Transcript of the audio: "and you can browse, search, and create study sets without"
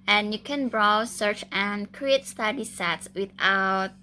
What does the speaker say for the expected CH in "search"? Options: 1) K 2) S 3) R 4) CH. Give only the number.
4